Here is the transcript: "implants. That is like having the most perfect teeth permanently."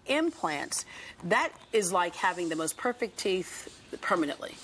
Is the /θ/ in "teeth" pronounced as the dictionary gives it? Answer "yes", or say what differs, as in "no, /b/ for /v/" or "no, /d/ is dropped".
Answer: yes